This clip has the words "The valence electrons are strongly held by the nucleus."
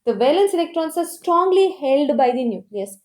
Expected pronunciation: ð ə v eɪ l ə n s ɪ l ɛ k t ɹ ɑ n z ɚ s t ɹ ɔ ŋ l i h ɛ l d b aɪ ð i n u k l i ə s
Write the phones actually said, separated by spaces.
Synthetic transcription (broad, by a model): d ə v eɪ l ə n s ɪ l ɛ k t ɹ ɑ n s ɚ s t ɹ ɔ ŋ l i h ɛ l d b aɪ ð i n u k l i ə s